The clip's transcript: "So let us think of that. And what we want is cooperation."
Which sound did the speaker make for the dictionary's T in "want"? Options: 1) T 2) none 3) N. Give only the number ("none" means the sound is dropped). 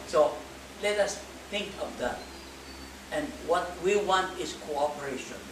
1